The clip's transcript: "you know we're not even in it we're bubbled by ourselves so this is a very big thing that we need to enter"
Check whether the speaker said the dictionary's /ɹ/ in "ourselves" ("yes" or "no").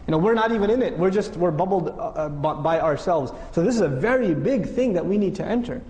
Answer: yes